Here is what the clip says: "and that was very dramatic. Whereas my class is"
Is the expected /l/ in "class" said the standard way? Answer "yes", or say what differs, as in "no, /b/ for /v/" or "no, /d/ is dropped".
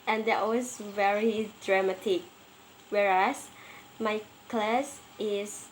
yes